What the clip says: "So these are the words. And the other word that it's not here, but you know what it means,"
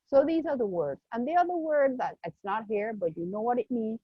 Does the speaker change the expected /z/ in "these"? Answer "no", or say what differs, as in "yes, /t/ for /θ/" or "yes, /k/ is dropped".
no